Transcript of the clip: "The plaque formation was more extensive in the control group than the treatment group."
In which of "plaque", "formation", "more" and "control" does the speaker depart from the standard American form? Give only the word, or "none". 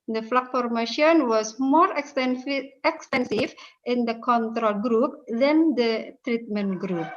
plaque